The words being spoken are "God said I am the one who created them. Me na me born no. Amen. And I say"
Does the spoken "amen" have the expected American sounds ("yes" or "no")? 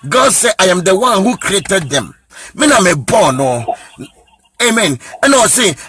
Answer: yes